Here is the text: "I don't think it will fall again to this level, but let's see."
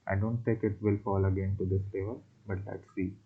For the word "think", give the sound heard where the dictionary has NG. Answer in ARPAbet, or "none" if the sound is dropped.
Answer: none